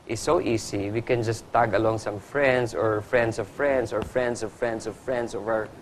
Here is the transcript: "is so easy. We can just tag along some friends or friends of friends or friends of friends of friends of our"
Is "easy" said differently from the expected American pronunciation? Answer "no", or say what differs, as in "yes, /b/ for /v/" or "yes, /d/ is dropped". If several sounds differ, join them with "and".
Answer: yes, /s/ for /z/